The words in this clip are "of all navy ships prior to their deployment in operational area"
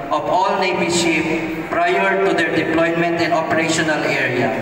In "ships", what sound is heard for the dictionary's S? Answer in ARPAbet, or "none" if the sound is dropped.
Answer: none